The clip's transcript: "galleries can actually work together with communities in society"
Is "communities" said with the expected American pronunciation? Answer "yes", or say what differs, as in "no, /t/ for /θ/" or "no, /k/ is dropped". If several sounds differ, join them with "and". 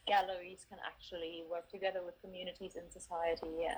yes